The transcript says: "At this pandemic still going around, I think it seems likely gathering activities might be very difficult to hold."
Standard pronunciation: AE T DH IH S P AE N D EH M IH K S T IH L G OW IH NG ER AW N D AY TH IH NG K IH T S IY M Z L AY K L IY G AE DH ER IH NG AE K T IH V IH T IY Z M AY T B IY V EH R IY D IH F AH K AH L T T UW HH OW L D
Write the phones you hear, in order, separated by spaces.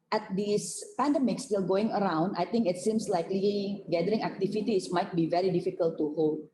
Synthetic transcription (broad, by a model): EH T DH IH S P AE N D EH M IH K S T IH L G OW IH NG ER AW N D AY T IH NG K IH T S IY M S L AY K L IY G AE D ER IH NG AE K T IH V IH T IY S M AY T B IY V EH R IY D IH F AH K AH L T T UW HH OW L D